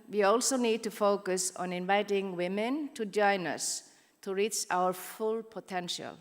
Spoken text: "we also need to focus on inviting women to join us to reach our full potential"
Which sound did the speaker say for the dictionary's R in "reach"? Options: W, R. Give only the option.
R